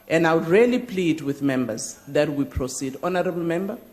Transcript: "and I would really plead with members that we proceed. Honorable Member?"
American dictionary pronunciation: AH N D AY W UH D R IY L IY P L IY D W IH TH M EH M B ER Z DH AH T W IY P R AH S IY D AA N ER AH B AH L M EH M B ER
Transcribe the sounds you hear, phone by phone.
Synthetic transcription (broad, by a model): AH N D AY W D R IY L IY P L IY D W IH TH M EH M B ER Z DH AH T W IY P R AH S IY D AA N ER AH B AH L M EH M B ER